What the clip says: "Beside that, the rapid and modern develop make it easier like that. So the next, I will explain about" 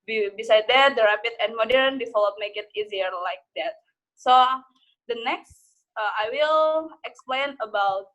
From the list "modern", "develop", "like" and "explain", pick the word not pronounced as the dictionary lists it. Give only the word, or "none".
develop